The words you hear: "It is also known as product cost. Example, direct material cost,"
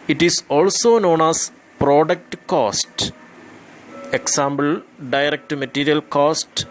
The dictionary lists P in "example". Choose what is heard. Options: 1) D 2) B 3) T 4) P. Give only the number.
2